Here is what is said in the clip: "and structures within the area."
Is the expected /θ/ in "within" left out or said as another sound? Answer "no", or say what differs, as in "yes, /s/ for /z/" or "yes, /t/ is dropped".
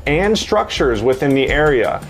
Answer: no